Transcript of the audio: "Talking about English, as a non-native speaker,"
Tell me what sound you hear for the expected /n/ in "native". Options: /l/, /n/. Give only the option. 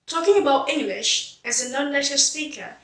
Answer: /l/